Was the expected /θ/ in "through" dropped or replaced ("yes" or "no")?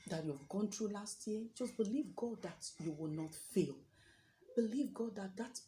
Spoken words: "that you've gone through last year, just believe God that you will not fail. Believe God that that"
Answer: yes